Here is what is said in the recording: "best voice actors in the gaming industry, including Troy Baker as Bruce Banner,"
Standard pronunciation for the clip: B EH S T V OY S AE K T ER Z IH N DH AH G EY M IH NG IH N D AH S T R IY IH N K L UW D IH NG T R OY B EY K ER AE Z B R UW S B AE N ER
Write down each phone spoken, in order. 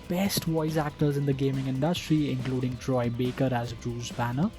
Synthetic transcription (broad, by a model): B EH S T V OY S AE K T ER Z IH N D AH G EY M IH NG IH N D AH S T R IY IH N K L UW D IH NG T R OY B EY K ER AE Z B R UW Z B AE N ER